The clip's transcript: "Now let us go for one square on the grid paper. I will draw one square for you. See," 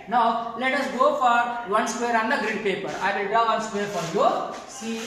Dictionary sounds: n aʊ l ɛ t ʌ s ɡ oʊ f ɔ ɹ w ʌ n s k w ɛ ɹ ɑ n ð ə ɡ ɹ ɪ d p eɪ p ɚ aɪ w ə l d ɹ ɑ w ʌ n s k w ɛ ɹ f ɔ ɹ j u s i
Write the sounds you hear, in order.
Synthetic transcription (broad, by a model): n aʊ l ɛ t ʌ s ɡ oʊ f ɔ ɹ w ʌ n s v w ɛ ɹ ɑ n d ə ɡ ɹ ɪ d p eɪ p ɚ aɪ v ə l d ɑ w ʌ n s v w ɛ ɹ f ɔ ɹ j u s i